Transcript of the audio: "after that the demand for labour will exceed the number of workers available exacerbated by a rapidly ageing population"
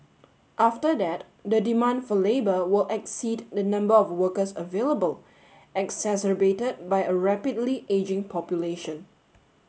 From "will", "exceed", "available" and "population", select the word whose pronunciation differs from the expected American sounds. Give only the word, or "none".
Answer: none